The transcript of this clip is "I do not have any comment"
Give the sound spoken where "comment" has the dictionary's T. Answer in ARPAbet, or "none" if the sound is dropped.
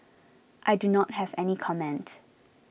T